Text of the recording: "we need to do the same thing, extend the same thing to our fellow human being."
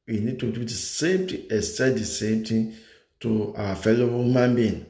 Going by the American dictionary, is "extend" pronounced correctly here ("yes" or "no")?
no